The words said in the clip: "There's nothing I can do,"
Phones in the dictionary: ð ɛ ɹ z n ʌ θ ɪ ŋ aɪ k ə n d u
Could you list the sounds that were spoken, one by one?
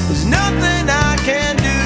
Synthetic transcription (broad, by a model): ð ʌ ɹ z n ʌ θ ɪ ŋ aɪ k ə n d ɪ